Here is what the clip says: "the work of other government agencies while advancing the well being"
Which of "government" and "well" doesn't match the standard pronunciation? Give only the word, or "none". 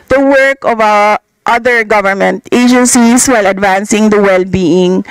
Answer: none